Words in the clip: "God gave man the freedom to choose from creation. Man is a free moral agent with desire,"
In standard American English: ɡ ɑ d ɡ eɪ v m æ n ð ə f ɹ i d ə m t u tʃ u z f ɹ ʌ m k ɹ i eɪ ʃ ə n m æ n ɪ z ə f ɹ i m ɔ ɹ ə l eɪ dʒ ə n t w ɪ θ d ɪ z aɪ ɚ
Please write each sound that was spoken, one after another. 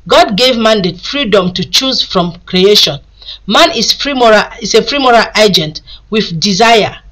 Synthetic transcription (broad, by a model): ɡ ɑ d ɡ eɪ v m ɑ n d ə f ɹ i d ə m t u tʃ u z f ɹ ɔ m k ɹ i eɪ ʃ ə n m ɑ n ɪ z ə f ɹ i m ɔ ɹ ə l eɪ dʒ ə n t w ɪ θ d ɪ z aɪ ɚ